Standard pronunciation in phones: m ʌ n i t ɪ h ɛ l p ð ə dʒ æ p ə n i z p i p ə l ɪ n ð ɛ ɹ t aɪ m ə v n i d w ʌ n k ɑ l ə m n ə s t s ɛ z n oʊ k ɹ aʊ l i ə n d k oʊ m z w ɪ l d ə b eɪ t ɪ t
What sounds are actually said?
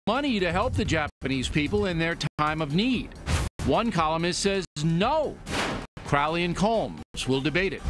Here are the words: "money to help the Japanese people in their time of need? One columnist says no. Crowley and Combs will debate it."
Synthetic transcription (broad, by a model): m ʌ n i t ɪ h ɛ l p ð ə dʒ æ p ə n i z p i p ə l ɪ n ð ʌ ɹ t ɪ m ə v n i d w ʌ n k ɑ l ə m ə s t s ɛ z n oʊ k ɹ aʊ l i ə n k oʊ m z w ɪ l d ə b eɪ t ɪ t